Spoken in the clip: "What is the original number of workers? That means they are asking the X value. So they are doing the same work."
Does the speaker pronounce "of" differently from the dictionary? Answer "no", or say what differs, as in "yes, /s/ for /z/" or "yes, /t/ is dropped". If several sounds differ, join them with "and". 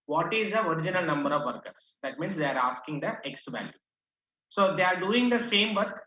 no